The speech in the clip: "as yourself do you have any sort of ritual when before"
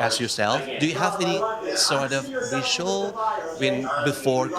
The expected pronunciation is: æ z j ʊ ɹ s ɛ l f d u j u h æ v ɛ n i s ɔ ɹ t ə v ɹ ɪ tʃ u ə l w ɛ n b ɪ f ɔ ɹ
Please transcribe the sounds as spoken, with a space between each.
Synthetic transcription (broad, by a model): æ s j ʊ ɹ s ɛ l f d u j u h æ v ɛ n i s ɔ ɹ t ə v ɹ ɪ ʃ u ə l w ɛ n b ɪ f ɔ ɹ